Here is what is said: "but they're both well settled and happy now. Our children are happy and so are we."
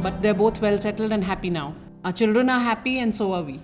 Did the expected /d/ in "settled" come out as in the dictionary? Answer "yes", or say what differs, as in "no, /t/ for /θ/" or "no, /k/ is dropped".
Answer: yes